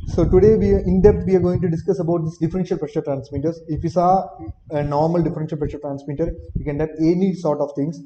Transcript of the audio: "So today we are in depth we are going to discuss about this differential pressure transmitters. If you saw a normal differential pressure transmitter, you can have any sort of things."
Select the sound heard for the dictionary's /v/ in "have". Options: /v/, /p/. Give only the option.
/p/